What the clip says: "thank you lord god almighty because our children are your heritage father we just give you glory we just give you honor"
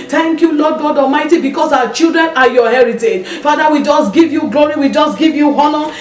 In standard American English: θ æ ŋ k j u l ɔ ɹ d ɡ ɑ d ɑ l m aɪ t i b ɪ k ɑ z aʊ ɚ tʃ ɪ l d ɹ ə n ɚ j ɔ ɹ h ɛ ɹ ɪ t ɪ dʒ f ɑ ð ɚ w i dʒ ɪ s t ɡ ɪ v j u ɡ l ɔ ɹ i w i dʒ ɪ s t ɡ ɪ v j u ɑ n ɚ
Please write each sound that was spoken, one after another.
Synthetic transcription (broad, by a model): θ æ ŋ k j u l ɔ d ɡ ɑ d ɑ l m aɪ t i b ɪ k ɑ s aʊ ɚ tʃ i l d ɹ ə n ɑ j ɔ h ɛ ɹ ɪ t ɪ dʒ f ɑ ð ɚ w i dʒ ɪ s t ɡ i v j u ɡ l ɔ ɹ i w i dʒ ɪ s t ɡ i v j u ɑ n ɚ